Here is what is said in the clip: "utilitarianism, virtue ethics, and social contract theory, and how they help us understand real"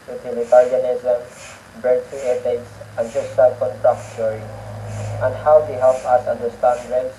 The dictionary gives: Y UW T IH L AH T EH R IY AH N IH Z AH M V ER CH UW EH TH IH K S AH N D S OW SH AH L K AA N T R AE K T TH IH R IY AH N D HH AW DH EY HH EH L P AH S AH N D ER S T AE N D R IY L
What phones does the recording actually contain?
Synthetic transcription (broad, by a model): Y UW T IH L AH T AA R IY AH N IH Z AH M B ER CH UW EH T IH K S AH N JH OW S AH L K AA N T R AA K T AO R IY AH N D HH AW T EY HH EH L P AH S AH N D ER S T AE N D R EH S